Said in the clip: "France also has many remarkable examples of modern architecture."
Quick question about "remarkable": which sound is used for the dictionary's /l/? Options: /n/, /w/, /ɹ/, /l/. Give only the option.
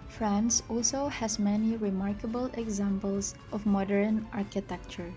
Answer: /l/